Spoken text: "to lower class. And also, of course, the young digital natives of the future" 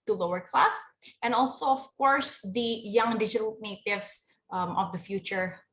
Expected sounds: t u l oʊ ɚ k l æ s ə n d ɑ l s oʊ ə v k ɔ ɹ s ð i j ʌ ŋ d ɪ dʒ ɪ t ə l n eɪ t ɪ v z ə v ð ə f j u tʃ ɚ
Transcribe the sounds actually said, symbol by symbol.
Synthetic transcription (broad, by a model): t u l oʊ ɚ k l æ s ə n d ɑ l s oʊ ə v k ɔ ɹ s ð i j ʌ ŋ d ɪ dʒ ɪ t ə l n eɪ t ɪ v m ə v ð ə f j u tʃ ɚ